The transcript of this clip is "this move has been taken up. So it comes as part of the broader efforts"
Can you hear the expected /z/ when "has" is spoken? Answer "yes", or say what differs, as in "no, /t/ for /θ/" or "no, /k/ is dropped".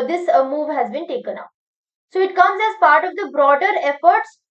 yes